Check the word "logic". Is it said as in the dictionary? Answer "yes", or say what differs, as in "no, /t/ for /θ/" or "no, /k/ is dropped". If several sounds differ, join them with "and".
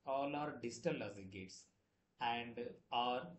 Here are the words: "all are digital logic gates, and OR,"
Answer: no, /z/ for /dʒ/